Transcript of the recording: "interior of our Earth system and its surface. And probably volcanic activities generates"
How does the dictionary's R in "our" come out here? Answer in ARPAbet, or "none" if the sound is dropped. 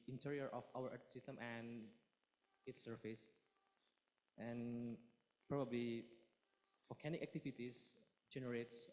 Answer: W